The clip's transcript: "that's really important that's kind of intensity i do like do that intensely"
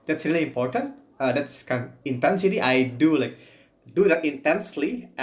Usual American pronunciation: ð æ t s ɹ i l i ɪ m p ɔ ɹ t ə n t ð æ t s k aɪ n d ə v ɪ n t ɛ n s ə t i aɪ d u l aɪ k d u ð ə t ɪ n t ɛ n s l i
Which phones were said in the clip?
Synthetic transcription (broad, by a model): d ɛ t s ɹ i l i m p ɔ ɹ t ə n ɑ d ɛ t s k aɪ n ə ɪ n t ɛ n s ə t i aɪ d u l aɪ k d u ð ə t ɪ n t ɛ n s l i